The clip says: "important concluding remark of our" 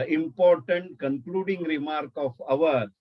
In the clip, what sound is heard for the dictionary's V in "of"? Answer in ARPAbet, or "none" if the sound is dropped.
V